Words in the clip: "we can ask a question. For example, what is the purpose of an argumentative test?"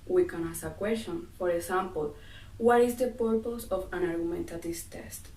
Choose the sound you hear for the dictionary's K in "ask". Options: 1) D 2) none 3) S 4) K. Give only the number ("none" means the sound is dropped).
2